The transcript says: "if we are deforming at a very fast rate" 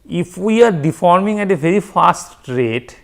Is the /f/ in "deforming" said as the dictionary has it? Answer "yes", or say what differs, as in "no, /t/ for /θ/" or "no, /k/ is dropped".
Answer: yes